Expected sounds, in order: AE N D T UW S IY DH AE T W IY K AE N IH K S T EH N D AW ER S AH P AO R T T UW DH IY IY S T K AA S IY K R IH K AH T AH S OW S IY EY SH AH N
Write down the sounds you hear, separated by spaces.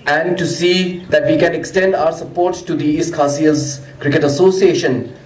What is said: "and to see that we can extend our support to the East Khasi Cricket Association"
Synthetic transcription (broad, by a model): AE N D T UW S IY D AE T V IY K AE N IH K S T EH N D AW ER S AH P AO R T T UW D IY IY S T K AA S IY K R IH K AH T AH S OW S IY EY SH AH N